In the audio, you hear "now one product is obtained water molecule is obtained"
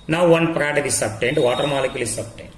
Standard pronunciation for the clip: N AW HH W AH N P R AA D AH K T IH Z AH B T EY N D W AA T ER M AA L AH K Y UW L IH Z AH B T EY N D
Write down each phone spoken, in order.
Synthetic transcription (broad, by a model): N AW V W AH N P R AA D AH T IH S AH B T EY N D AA T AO M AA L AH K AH L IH S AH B T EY N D